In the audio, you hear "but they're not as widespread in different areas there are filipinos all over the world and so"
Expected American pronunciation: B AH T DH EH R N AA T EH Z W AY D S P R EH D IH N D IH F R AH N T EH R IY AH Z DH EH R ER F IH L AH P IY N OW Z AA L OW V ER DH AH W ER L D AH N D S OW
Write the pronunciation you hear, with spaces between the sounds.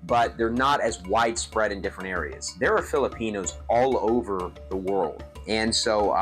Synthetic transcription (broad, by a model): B AH T DH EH R N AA T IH Z W AY D S P R EH D IH N D IH F R AH N T EH R IY AH Z DH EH R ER F IH L AH P IY N OW Z AA L OW V ER DH AH W ER L D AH N S OW